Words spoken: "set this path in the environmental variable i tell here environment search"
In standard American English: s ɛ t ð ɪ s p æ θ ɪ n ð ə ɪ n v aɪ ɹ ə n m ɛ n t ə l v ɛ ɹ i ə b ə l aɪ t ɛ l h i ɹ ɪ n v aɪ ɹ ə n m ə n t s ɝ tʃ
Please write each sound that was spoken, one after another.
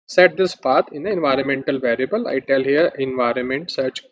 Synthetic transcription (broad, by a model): s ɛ t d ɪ s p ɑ t ɪ n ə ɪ n v aɪ ɹ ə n m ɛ n t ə l v ɛ ɹ i ə b ə l aɪ t ɛ l h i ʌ ɪ n v aɪ ɹ ə n m ə n t s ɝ tʃ